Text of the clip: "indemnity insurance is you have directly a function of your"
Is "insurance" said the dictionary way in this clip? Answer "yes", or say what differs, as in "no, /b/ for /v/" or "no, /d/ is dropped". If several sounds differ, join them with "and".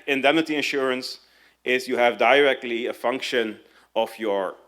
yes